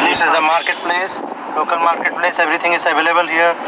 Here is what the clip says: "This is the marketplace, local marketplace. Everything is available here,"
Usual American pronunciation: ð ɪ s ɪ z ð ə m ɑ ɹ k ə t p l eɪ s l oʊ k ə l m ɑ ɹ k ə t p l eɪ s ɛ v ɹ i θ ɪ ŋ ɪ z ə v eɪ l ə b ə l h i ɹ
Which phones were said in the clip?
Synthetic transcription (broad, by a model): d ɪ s ɪ z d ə m ɑ ɹ k ə t p l eɪ s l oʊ k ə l m ɑ ɹ k ə t p l eɪ s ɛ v ɹ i t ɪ ŋ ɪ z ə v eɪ l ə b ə l h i ɹ